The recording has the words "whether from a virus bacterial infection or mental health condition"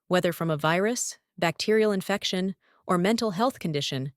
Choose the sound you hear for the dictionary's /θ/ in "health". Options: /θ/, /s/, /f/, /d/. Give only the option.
/θ/